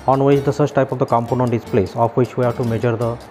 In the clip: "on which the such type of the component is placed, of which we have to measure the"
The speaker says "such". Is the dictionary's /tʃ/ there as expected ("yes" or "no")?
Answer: no